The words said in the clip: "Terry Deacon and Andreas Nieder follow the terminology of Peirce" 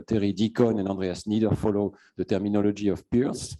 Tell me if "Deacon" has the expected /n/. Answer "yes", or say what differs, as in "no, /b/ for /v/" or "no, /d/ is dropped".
yes